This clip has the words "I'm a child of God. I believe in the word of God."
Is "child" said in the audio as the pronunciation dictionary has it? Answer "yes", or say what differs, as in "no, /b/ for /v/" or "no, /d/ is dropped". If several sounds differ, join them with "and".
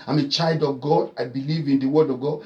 yes